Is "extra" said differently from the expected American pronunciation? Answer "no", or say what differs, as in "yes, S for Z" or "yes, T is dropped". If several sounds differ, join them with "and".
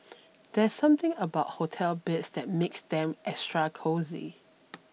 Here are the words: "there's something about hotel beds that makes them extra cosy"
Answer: yes, K is dropped